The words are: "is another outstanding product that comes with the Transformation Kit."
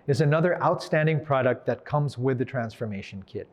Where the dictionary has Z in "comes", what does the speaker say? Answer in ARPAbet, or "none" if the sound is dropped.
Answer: Z